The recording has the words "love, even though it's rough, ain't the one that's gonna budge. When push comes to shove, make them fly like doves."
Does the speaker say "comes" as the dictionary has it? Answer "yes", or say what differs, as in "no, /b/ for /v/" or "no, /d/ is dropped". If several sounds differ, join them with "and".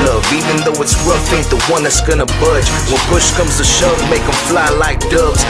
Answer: yes